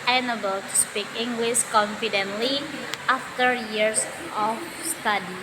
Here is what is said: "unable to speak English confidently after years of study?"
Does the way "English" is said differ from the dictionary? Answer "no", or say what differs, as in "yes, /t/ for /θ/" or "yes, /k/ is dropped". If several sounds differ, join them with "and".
yes, /s/ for /ʃ/